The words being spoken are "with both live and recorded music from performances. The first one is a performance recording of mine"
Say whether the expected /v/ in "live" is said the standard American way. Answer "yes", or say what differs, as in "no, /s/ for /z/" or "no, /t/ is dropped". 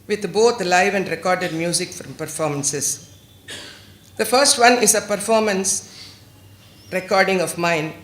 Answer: yes